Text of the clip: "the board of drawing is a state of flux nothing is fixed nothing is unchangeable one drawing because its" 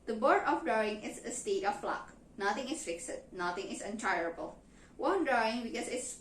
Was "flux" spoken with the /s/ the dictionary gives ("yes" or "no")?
no